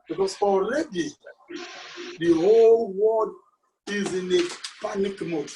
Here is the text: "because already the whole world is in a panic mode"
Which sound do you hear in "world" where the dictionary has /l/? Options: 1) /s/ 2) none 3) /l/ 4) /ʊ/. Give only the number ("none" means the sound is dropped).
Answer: 2